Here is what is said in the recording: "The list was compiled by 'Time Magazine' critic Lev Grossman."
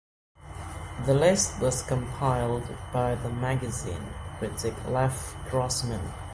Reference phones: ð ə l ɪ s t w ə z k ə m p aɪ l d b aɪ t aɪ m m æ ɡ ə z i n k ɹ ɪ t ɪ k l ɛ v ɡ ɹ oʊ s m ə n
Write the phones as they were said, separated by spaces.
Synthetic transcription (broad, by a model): ð ə l ɪ s t w ə z k ə m p aɪ l d b aɪ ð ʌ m m æ ɡ ə z i n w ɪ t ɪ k l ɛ f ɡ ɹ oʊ s m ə n